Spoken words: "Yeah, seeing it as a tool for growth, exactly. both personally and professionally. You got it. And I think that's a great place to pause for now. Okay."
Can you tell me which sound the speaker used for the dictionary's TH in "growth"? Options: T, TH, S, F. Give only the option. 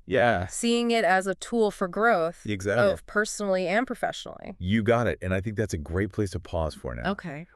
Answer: TH